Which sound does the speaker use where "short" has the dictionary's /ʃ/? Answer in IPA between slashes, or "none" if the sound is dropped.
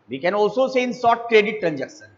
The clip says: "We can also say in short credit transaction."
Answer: /s/